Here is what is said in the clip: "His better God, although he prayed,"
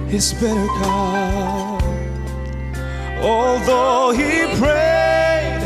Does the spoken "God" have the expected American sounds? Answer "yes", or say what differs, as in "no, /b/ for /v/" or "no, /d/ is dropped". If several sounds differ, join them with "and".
no, /d/ is dropped